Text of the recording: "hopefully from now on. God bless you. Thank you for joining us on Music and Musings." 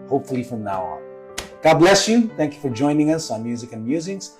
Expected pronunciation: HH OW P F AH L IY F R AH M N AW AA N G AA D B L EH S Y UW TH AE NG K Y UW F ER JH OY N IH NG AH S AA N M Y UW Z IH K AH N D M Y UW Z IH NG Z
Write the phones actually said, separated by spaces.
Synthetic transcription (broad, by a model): HH OW P F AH L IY F R AH M N AW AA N G AA D B L EH S Y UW TH AE NG K Y UW F ER JH OY N IH NG AH S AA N M Y UW Z IH K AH N M Y UW Z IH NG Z